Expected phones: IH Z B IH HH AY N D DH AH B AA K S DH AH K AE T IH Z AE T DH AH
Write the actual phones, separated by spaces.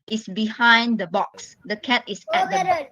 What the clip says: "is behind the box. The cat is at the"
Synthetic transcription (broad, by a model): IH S B IH HH AY N D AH B AA K S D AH K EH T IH S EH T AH